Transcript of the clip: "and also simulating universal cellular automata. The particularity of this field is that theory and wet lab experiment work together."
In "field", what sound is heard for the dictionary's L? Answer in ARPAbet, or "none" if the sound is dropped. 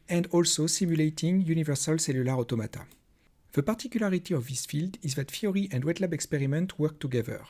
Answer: L